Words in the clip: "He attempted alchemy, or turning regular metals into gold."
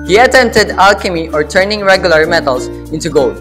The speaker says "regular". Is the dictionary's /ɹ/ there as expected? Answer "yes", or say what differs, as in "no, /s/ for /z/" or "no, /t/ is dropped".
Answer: yes